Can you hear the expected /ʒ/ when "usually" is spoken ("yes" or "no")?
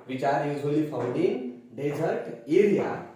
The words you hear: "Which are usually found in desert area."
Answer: no